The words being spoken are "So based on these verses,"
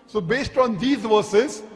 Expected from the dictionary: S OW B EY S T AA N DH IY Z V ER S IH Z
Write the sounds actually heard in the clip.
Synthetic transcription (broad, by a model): S OW B EY S T AA N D IY Z V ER S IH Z